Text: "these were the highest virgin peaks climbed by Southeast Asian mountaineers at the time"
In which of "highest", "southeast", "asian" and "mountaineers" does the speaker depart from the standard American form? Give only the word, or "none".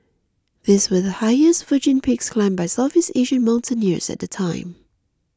southeast